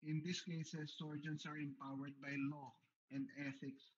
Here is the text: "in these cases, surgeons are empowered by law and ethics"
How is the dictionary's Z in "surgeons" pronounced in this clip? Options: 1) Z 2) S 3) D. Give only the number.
2